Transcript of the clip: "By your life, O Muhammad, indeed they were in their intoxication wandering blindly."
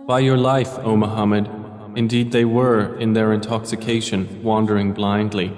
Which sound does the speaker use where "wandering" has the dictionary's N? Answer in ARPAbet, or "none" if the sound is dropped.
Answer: N